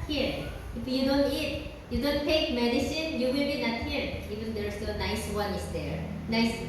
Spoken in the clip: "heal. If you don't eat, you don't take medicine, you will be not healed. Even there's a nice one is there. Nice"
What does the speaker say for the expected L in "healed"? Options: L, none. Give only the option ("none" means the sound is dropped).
none